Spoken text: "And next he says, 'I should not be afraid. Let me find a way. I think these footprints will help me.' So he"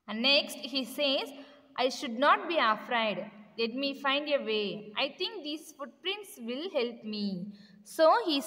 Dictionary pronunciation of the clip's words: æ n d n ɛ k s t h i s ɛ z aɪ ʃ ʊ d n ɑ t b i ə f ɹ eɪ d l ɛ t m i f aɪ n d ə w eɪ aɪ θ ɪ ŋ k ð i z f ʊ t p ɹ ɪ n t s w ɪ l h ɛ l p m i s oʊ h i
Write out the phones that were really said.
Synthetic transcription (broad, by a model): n n ɛ k s t h i s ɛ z aɪ ʃ ʊ d n ɑ t b i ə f ɹ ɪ d l ɛ t m i f aɪ n d ə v eɪ aɪ t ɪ ŋ k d i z f ʊ t p ɹ ɪ n t s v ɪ l h ɛ l p m i s oʊ h i